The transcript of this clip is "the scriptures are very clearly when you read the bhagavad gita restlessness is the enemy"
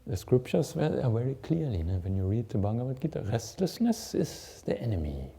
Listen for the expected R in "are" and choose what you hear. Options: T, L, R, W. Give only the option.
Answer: L